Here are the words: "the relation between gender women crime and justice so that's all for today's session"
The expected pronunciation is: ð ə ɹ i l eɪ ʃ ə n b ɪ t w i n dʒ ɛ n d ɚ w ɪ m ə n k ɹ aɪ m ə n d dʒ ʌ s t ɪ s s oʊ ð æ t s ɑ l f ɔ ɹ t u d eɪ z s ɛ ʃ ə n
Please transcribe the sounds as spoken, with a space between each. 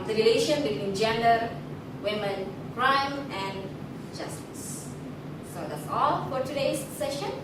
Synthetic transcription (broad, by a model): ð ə ɹ i l eɪ ʃ ə n b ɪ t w i n dʒ ɛ n d ɚ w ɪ m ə n k ɹ aɪ m ə n d dʒ ʌ s t ɪ s s oʊ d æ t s ɑ l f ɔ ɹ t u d eɪ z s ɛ ʃ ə n